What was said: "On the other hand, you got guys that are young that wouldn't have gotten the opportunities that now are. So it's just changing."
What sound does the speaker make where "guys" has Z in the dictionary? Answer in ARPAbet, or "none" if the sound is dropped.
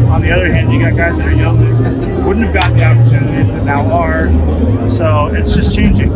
Z